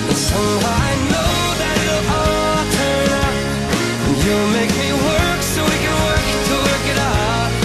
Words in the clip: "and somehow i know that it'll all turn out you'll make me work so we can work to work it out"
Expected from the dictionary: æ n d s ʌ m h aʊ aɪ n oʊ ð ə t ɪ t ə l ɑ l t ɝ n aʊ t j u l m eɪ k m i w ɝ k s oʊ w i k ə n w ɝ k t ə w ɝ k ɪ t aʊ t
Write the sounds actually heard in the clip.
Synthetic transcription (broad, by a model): s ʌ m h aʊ aɪ n oʊ ð ə t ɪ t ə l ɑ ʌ t ɝ n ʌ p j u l m eɪ k m i w ɝ k s oʊ w i k ə n w ɝ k t ə w ɝ k ɪ t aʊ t